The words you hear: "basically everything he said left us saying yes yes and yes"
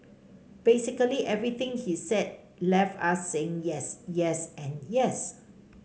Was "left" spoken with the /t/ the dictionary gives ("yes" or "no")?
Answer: no